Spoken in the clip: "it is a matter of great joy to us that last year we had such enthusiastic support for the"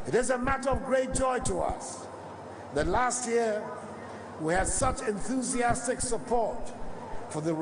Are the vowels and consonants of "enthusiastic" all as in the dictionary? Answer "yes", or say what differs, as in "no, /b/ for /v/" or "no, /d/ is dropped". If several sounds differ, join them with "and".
yes